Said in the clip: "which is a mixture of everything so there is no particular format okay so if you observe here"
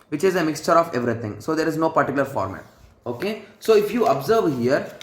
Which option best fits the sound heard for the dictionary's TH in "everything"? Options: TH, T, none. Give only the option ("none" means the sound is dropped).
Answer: T